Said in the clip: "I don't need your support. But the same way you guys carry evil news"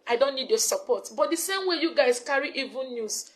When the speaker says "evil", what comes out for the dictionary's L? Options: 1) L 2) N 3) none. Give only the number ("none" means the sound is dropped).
2